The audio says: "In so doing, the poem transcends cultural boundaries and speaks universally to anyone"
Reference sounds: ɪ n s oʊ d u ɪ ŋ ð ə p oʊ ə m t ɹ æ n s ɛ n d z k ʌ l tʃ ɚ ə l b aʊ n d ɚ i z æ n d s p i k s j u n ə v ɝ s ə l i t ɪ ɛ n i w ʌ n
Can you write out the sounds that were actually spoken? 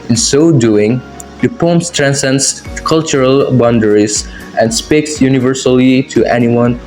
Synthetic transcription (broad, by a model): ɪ n s oʊ d u ɪ ŋ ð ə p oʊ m t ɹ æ n s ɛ n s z k ʌ l tʃ ɚ ə l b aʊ n d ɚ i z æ n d s p i k s j u n ə v ɝ s ə l i t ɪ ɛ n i w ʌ n